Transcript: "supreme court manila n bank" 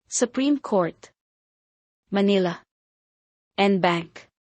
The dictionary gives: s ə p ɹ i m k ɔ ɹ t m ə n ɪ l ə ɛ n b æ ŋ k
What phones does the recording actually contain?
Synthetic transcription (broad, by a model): s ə p ɹ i m k ɔ ɹ t m ə n ɪ l ə ɛ n b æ ŋ k